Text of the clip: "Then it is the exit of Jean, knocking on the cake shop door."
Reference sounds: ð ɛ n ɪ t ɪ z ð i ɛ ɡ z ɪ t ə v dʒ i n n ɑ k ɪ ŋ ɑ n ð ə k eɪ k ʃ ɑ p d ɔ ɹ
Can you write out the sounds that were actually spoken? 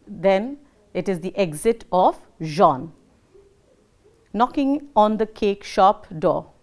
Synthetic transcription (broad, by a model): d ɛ n ɪ t ɪ z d i ɛ ɡ z ɪ t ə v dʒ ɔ n n ɑ k ɪ ŋ ɑ n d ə k eɪ k ʃ ɑ p d ɔ